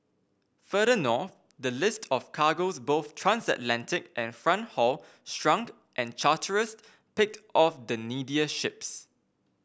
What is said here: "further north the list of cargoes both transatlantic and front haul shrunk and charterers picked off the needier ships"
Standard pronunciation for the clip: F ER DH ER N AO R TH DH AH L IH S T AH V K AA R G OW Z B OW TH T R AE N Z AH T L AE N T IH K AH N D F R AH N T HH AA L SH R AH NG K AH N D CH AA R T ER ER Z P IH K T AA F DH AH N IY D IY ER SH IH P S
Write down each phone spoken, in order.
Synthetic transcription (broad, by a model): F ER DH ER N AO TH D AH L IH S T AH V K AA G OW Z B OW TH T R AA N S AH T L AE N T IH K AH N F R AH N T HH AA L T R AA NG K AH N CH AA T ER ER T P IH K T AA F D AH N IY D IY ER SH IH P S